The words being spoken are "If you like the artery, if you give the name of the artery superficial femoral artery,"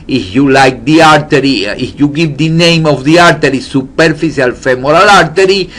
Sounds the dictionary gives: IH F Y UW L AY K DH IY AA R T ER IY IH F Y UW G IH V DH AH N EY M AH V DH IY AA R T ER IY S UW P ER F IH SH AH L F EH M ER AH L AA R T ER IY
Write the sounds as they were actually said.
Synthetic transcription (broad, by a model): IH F Y UW L AY K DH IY AA R T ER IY IH F Y UW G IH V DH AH N EY M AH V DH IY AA R T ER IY S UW P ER F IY S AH L F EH M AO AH L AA R T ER IY